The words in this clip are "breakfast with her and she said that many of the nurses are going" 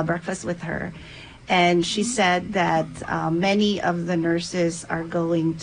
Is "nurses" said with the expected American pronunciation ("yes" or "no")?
yes